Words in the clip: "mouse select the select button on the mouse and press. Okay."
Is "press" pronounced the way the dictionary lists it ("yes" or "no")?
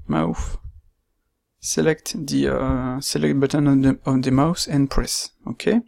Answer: yes